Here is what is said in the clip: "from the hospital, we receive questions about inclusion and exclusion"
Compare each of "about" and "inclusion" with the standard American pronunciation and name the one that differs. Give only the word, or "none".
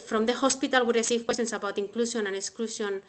inclusion